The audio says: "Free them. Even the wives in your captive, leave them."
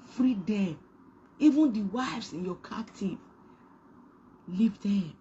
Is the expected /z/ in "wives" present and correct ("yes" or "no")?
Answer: no